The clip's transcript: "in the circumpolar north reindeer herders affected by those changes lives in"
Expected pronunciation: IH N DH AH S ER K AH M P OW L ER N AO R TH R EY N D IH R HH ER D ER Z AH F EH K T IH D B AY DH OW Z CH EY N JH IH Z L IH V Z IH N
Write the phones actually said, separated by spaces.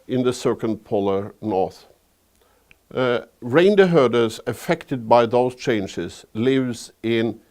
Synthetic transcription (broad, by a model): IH N DH AH S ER K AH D P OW L ER N AO R TH R EY N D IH HH ER D ER Z AH F EH K T IH D B AY DH OW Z CH EY N JH IH Z L IH V Z IH N